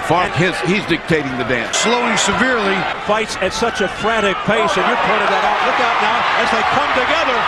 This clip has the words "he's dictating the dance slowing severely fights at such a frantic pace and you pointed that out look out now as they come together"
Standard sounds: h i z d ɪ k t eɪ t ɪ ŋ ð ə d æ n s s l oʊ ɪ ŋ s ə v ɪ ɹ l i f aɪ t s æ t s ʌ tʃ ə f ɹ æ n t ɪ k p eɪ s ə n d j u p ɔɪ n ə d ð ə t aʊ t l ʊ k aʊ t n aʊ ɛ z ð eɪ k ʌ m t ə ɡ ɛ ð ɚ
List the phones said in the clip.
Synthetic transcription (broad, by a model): h i z d ɪ k t eɪ t ɪ ŋ ð ə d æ n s s l oʊ ɪ ŋ s ə v ɪ ɹ l i f aɪ t s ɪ t s ʌ tʃ ə f ɹ æ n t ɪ k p eɪ s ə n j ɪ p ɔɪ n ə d ð ə t aʊ t l ʊ k aʊ t n aʊ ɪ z ð eɪ k ʌ m t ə ɡ ɛ ð ɚ